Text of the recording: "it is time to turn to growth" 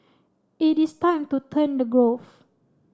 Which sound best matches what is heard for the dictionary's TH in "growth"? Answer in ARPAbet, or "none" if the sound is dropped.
F